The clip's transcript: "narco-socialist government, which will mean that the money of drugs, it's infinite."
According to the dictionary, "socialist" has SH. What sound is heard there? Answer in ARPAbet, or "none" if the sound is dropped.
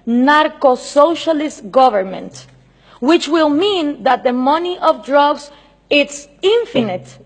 SH